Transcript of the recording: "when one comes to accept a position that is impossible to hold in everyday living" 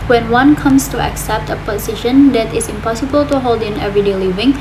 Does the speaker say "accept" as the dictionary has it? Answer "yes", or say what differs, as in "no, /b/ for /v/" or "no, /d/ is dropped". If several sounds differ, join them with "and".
yes